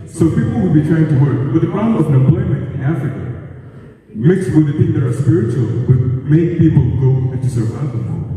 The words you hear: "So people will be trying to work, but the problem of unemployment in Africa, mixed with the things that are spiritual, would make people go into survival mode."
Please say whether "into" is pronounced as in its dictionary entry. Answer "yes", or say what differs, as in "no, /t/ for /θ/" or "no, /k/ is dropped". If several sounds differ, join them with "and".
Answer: no, /n/ is dropped